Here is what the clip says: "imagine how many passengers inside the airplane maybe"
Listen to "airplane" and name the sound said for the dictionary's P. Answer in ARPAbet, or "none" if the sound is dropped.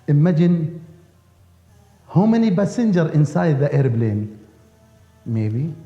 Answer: B